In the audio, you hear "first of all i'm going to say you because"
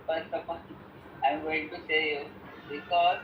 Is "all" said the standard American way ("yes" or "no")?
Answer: no